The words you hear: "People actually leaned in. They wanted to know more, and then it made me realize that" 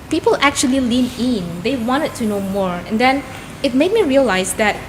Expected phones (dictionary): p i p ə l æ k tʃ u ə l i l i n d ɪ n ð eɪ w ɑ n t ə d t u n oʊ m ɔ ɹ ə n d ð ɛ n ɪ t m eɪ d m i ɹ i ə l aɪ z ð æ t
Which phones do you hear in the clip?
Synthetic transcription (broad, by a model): p i p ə l æ k tʃ u ə l i l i n ɪ n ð eɪ w ɑ n t ə d t u n oʊ m ɔ ɹ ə n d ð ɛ n ɪ t m eɪ d m i ɹ i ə l aɪ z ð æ t